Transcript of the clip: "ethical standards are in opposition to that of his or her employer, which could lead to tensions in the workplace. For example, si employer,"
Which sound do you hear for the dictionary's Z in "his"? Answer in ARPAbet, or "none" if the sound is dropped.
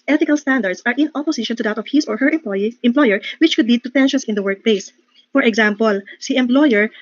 S